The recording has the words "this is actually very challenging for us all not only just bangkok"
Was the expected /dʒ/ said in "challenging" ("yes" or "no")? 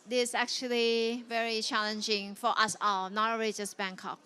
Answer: yes